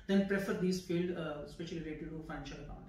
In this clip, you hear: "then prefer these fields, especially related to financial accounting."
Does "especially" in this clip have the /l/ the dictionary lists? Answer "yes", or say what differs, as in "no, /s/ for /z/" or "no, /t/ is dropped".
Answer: no, /l/ is dropped